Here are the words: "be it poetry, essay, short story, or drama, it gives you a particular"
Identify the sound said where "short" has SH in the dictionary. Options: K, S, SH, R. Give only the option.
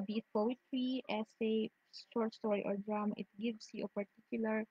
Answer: S